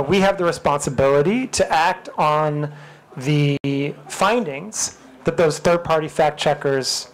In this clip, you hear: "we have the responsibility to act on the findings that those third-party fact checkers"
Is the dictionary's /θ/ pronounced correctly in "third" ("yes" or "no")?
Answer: yes